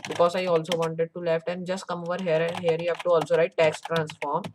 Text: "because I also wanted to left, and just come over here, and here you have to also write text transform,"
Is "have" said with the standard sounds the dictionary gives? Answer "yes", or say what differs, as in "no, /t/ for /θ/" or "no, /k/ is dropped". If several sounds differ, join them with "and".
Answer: no, /p/ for /v/